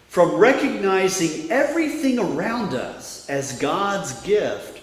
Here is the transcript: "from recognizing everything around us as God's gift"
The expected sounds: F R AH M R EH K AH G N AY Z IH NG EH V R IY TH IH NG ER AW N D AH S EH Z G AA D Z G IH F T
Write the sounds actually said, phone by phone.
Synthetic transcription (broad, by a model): F R AH M R EH K AH G N AY Z IH NG EH V R IY TH IH NG ER AW N D AH S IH Z G AA D Z G IH F T